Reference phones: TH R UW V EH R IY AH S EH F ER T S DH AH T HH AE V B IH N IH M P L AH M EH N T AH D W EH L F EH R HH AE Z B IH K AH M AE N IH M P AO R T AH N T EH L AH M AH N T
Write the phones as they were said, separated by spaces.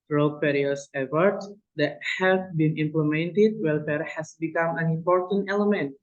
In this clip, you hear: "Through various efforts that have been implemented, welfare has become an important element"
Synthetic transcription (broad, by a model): R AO P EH R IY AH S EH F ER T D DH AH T HH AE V B IH N IH M P L AH M EH N T AH D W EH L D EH R HH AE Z B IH K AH M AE N IH M P AO R T AH N T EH L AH M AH N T